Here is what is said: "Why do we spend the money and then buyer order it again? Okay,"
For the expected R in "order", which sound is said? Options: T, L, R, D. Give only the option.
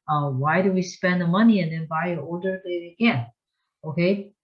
L